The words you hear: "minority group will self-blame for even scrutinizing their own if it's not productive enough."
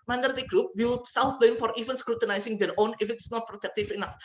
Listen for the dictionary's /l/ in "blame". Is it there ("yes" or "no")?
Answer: no